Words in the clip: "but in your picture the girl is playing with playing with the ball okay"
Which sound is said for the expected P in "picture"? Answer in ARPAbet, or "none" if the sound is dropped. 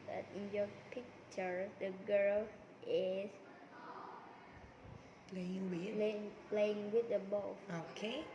P